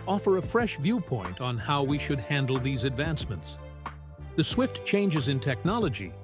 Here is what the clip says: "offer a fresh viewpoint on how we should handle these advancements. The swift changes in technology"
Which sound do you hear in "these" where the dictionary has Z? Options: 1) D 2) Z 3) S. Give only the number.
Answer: 2